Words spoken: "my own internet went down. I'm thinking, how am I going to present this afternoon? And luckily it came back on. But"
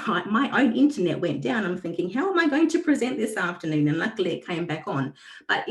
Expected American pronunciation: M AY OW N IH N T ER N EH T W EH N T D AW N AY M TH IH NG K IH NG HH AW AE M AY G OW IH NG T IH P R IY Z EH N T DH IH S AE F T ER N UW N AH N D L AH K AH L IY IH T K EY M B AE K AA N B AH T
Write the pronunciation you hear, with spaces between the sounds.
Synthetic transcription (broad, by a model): M AY OW N IH N T ER N EH T W EH N D AW N AY M TH IH NG K IH NG HH AW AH M AY G OW IH NG T IH P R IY Z EH N DH IH S AE F T ER N UW N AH N L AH K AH L IY IH T K EY M B AE K N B AH T